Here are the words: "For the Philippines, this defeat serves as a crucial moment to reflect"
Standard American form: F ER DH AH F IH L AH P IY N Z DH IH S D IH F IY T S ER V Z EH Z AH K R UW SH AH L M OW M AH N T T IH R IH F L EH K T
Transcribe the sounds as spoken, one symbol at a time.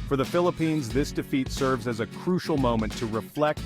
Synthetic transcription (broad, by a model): F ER DH AH F IH L AH P IY N Z DH IH S D IH F IY T S ER V Z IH Z AH K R UW SH L M OW M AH N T T IH R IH F L EH K T